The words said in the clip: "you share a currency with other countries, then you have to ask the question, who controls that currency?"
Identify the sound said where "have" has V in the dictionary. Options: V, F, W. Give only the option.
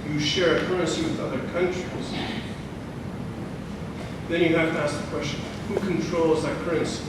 F